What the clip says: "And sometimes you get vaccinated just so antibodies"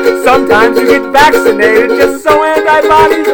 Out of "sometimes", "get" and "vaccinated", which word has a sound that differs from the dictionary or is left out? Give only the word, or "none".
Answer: none